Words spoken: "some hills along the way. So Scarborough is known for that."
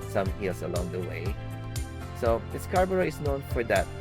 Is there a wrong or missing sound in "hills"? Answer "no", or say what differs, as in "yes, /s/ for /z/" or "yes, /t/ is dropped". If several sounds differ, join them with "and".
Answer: yes, /s/ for /z/